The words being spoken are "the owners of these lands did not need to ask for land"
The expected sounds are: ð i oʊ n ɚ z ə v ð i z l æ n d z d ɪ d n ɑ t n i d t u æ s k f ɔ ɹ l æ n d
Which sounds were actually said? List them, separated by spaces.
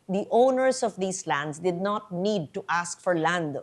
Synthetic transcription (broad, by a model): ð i oʊ n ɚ s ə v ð i s l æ n d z d ɪ d n ɑ t n i d t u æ s k f ɔ ɹ l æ n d